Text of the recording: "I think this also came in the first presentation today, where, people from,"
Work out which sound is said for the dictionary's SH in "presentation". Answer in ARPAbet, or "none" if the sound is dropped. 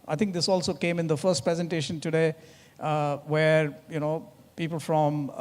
SH